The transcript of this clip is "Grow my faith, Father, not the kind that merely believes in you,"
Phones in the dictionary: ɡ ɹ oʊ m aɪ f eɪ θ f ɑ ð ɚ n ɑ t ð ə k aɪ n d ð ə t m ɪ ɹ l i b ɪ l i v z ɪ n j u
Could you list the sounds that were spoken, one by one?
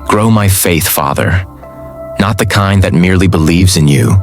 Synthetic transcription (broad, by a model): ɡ ɹ oʊ m aɪ f eɪ θ f ɑ ð ɚ n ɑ t ð ə k aɪ n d ð ə t m ɪ ɹ l i b ɪ l i v z ɪ n j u